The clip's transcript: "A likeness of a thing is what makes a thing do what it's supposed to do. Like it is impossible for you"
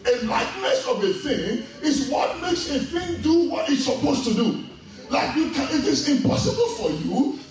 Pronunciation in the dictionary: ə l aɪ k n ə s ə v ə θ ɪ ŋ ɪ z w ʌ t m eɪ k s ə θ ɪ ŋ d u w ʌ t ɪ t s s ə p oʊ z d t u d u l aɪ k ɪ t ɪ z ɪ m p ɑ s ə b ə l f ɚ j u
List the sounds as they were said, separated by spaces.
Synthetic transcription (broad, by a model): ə l aɪ k n ə s ə v ə θ ɪ ŋ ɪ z w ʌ t m eɪ k s ə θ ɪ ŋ d u w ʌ t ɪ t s s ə p oʊ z t u d u l aɪ k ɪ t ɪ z ɪ m p ɑ s ə b ə l f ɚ j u